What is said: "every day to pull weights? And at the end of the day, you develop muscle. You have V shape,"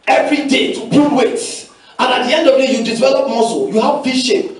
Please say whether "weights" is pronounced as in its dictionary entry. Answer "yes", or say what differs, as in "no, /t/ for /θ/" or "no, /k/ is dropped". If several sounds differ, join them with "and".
no, /s/ is dropped